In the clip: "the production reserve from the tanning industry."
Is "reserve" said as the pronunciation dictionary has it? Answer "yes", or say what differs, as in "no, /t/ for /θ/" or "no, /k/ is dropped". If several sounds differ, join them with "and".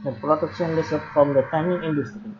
no, /l/ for /ɹ/ and /s/ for /z/ and /p/ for /v/